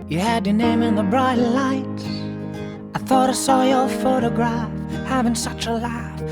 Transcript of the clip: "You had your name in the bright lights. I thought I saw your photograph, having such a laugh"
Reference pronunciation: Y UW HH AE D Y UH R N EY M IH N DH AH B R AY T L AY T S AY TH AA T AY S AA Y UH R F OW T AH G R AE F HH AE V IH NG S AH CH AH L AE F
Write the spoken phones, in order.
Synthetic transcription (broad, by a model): Y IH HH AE D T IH N EY M IH N DH AH B R AY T L AY T AY TH AA T AY S AA Y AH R F OW T AH G R AE F HH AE V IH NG S AH CH AH L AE F